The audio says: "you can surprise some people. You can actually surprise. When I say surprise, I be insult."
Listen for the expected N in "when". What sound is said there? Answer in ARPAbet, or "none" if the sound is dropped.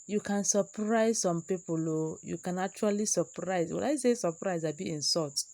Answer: L